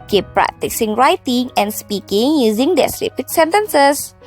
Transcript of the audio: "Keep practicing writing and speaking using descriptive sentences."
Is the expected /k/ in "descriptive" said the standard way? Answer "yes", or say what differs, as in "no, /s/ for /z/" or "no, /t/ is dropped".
no, /k/ is dropped